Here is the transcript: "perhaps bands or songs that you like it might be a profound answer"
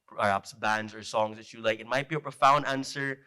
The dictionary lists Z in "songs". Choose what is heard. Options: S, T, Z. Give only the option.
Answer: Z